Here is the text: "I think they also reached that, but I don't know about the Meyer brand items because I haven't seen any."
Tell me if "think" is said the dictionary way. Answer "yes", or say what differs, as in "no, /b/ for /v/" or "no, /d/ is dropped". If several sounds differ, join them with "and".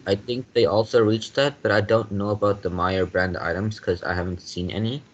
yes